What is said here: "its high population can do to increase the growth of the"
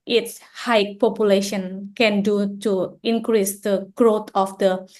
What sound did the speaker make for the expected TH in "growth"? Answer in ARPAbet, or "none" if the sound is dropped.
T